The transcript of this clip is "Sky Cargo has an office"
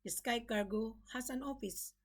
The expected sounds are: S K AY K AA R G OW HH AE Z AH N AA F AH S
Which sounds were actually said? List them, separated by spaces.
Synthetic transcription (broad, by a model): S K AY K AA R G OW HH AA S AH N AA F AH S